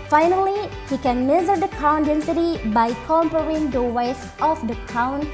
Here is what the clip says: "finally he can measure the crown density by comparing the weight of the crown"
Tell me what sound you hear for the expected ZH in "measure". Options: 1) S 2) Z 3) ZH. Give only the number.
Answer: 2